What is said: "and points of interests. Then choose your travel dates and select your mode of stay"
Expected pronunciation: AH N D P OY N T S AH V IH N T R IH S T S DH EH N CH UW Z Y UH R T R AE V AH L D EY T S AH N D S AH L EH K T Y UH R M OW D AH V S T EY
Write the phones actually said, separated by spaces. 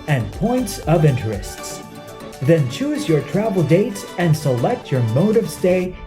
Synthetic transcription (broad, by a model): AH N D P OY N T S AH V IH N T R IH S T S DH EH N CH UW Z Y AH R T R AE V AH L D EY T S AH N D S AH L EH K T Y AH R M OW D AH V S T EY